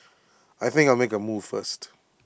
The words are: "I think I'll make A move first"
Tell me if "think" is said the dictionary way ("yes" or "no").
yes